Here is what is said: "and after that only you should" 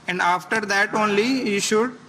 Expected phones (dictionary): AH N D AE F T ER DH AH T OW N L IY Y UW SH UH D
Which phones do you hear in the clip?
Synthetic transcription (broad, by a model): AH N D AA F T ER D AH T OW N L IY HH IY SH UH D